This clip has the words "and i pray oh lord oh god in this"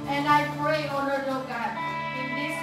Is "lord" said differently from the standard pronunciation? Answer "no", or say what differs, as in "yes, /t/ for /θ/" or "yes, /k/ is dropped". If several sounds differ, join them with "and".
yes, /n/ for /l/